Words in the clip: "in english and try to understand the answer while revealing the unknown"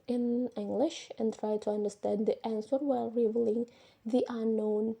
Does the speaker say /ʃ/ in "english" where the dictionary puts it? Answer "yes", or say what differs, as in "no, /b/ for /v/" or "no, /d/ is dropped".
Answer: yes